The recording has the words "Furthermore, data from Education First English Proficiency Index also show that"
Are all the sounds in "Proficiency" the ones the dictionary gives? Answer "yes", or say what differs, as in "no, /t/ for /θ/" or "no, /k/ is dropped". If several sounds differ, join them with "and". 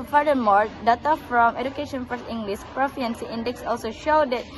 no, /ʃ/ is dropped